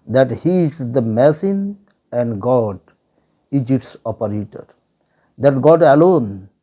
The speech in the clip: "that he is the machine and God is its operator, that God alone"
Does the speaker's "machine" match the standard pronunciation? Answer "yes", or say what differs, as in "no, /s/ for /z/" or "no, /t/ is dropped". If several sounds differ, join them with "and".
no, /s/ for /ʃ/